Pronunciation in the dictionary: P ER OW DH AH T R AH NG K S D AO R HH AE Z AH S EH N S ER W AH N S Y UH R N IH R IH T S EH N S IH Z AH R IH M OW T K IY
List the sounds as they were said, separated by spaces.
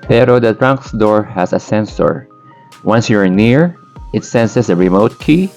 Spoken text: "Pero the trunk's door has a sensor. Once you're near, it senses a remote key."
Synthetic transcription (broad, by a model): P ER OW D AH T R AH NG K S D AO R HH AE S AH S EH N S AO W AH N S Y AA R N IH R IH T S EH N S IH S AH R IH M OW T K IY